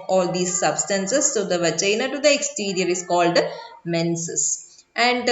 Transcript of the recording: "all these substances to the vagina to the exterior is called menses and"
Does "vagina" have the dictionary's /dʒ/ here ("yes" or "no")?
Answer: no